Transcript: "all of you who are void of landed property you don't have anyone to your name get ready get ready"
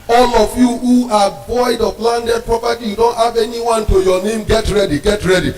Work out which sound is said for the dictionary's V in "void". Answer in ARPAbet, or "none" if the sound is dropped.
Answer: B